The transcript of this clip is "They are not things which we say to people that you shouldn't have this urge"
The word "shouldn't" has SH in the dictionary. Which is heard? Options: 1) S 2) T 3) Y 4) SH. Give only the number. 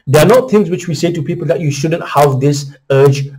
4